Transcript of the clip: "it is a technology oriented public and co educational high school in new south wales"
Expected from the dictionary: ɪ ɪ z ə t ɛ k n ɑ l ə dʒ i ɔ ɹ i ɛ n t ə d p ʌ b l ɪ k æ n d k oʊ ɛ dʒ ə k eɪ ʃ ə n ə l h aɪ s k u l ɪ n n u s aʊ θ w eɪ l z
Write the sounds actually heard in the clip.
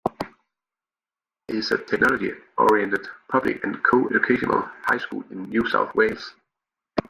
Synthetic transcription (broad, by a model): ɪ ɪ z ə t ɛ k n ɑ l ə dʒ i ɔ ɹ i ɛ n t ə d p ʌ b l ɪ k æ n k oʊ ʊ ə k eɪ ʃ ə n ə l h aɪ s k u l ɪ n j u s aʊ θ w eɪ l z